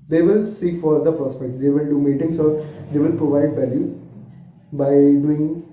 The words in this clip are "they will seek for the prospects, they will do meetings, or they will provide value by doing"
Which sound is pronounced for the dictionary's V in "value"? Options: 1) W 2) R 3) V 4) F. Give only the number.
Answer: 3